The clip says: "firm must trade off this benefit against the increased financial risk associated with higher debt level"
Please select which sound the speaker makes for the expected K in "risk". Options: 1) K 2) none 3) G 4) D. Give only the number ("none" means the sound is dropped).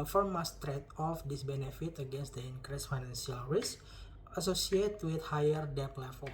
2